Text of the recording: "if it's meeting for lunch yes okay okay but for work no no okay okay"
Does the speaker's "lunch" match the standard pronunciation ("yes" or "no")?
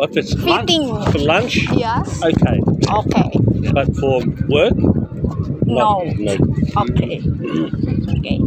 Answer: yes